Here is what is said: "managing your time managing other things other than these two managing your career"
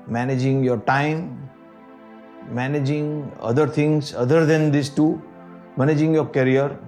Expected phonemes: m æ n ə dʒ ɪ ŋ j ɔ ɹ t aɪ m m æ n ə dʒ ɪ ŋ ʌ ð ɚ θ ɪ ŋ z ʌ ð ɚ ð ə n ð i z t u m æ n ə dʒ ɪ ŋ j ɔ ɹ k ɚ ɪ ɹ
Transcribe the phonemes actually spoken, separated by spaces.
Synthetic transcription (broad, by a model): m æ n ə dʒ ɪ ŋ j ɔ ɹ t aɪ m m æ n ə dʒ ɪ ŋ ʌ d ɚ t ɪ ŋ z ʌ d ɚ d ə n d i s t u m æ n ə dʒ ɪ ŋ j ɔ ɹ k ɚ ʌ ɹ